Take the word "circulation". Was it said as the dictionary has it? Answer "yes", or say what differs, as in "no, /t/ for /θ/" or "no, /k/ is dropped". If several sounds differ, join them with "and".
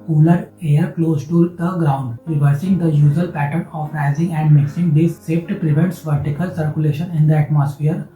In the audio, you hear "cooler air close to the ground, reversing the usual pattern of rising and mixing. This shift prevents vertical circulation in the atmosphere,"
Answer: yes